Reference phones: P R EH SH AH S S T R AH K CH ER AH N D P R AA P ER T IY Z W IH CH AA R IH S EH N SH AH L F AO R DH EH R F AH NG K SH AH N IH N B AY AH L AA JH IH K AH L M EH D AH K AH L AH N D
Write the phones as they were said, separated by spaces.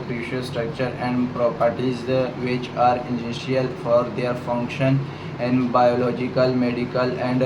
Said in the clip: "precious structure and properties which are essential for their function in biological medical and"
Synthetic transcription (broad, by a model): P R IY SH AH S S T R AH K CH ER AH N D P R AA P ER T IY Z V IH CH AA R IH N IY SH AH L F AO R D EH R F AH NG K SH AH N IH N B AY AH L AA JH IH K AH L M EH D AH K AH L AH N D